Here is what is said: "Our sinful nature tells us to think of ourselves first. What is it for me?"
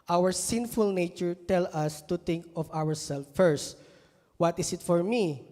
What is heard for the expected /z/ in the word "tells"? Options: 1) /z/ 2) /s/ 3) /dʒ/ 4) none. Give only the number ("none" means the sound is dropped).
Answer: 4